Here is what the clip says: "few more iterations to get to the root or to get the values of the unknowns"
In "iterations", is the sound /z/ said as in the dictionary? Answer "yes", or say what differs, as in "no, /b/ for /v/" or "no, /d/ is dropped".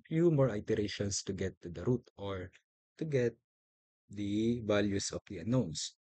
no, /s/ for /z/